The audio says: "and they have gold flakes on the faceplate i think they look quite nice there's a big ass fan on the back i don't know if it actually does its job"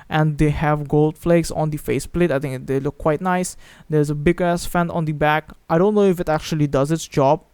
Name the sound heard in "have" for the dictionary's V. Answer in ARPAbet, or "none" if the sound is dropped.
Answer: V